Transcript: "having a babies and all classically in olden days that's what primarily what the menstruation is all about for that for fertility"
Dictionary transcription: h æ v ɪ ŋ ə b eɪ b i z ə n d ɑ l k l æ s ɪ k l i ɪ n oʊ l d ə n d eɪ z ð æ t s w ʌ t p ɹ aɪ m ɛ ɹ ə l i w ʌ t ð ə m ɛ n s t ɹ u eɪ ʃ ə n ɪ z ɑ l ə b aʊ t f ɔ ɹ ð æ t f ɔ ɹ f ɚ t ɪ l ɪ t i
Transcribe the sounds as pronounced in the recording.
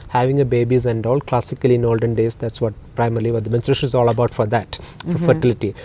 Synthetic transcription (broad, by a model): h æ v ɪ ŋ ə b eɪ b i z ə n d ɑ l k l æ s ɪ k l i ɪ n oʊ l d ə n d eɪ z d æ t s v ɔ t p ɹ aɪ m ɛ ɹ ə l i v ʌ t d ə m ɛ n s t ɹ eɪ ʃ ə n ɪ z ɑ l ə b aʊ t f ɔ ɹ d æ t f ɔ ɹ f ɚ t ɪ l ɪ t i